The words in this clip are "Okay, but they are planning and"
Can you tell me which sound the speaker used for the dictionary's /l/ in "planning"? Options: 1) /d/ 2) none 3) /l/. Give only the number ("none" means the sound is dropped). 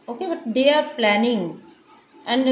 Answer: 3